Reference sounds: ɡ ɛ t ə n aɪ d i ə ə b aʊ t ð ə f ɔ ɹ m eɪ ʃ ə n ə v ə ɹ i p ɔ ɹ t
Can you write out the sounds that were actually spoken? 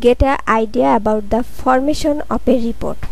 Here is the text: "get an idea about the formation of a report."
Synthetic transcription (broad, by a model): ɡ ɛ t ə aɪ d i ə ə b aʊ t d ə f ɔ ɹ m eɪ ʃ ə n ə p ə ɹ i p ɔ ɹ t